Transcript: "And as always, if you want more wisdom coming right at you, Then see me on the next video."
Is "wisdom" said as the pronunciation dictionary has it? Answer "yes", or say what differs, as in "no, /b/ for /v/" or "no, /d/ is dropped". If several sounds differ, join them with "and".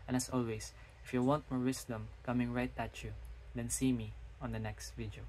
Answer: no, /s/ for /z/